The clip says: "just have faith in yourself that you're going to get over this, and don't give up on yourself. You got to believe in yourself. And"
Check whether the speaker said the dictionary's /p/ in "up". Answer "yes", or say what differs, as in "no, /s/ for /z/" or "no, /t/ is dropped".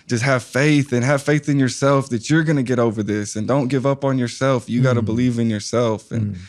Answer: yes